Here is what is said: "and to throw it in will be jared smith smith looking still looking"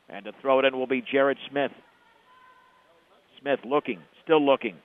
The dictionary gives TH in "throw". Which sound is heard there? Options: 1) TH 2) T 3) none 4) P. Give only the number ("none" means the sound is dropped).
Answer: 1